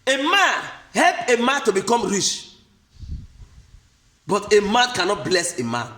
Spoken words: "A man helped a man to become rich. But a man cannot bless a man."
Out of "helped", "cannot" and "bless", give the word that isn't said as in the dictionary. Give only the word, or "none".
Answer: helped